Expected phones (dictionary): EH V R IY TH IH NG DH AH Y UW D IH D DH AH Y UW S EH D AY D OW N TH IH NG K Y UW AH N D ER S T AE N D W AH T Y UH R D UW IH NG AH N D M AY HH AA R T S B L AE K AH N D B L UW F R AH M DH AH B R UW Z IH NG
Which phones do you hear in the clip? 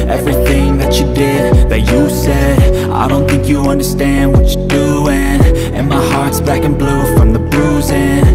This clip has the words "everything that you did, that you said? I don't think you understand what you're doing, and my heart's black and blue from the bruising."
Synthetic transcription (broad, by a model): EH V R IY TH IH NG DH AH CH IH D IH D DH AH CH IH S EH D AY D OW N TH IH NG K Y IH AH N D ER S T AE N D W AH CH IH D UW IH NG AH N M AY HH AA R T S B AE K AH N B L UW F R AH M DH AH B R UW Z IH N